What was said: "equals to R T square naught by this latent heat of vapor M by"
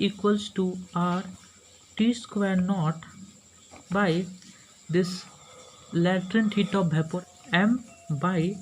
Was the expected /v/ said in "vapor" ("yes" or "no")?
no